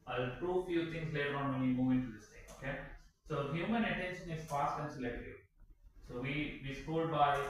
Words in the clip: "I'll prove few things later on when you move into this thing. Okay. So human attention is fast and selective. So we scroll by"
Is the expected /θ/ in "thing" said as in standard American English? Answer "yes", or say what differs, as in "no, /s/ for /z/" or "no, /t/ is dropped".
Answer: no, /t/ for /θ/